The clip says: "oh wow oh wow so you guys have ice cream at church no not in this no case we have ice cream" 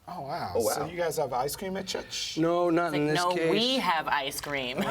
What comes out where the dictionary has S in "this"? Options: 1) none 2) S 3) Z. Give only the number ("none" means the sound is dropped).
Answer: 1